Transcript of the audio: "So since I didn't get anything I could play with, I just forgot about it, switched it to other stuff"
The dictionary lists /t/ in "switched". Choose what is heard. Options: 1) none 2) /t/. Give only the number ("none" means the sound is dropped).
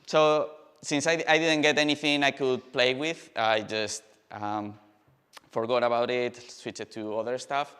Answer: 1